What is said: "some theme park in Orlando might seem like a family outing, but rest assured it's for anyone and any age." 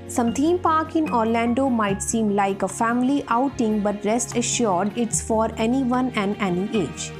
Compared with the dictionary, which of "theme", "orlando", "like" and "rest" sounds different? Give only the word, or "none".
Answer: theme